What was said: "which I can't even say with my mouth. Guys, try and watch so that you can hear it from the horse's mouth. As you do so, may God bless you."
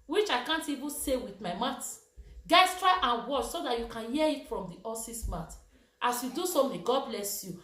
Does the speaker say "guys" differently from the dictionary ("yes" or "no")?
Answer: yes